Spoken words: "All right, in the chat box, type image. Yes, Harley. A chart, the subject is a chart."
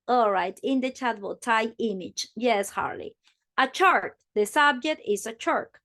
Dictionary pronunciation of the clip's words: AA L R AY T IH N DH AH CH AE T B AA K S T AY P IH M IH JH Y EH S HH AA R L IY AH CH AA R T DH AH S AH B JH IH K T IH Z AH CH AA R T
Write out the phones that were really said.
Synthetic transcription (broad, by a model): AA L R AY T IH N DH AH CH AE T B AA T AY IH M IH JH Y EH S HH AA R L IY AH CH AA R T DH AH S AH B JH IH K T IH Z AH CH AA R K